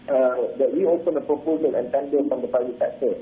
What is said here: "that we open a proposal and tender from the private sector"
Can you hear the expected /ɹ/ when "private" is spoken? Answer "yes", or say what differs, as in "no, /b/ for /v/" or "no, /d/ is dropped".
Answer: no, /ɹ/ is dropped